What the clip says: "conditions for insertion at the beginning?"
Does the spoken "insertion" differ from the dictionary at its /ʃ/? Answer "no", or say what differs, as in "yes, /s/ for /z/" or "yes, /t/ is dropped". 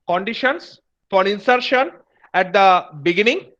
no